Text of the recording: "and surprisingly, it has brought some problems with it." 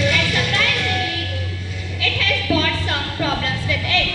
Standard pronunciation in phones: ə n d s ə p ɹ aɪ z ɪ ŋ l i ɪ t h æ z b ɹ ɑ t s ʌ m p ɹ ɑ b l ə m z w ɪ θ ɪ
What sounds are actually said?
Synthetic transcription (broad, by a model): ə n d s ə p ɹ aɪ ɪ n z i ɪ t h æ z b ɑ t s ʌ m p ɹ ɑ b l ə m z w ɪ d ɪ